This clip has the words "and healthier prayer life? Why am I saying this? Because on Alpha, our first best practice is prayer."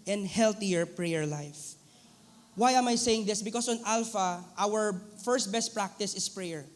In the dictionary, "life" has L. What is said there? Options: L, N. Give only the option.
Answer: L